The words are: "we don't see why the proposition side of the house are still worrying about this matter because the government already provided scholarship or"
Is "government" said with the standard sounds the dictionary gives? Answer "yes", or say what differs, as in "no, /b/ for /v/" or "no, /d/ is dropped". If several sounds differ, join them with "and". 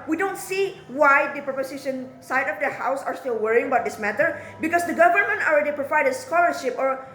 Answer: yes